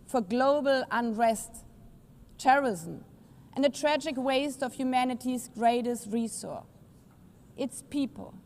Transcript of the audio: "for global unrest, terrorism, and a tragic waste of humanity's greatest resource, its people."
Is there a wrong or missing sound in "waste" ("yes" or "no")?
no